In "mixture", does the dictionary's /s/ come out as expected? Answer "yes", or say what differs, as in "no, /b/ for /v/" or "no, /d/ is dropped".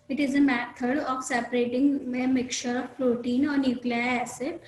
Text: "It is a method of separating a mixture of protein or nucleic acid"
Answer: no, /s/ is dropped